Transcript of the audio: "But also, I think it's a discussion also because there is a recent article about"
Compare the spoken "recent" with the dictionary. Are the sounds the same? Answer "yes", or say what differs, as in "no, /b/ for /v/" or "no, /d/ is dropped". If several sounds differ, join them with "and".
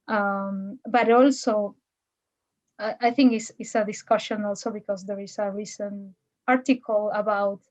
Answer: no, /t/ is dropped